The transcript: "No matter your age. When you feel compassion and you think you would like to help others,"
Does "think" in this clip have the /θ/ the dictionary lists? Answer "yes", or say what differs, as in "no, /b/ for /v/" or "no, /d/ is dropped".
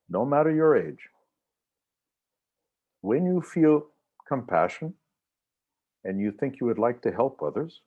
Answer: yes